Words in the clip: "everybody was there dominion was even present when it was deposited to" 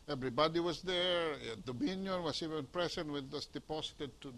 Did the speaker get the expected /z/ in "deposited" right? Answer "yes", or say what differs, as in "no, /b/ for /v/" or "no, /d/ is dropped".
no, /s/ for /z/